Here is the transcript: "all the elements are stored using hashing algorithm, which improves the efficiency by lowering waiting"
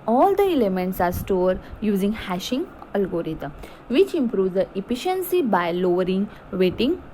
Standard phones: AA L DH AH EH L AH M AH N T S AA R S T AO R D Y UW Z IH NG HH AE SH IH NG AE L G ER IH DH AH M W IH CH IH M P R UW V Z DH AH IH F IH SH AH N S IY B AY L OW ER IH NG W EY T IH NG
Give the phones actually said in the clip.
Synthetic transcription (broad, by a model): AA L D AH EH L AH M AH N T S AA R S T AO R D Y UW Z IH NG HH AE SH IH NG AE L G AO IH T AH M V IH CH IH M P R UW V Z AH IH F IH SH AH N S IY B AY L OW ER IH NG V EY T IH NG